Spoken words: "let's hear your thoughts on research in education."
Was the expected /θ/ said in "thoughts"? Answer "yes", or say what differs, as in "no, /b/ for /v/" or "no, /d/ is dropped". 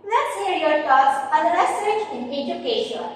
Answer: no, /t/ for /θ/